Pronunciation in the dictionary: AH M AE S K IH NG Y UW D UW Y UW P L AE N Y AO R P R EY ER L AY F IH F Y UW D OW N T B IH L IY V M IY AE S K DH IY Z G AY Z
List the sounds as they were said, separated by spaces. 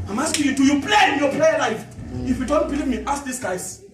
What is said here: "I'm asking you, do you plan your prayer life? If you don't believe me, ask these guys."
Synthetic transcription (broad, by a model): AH M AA S K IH Y UW D UW Y UW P L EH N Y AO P L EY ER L AY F IH F Y UW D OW N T B IH L IY V M IY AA S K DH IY S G AY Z